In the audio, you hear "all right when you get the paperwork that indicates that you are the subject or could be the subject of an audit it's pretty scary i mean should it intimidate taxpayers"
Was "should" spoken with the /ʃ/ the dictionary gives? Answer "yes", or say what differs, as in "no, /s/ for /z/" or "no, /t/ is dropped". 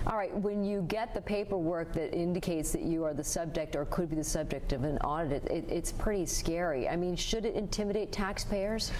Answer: yes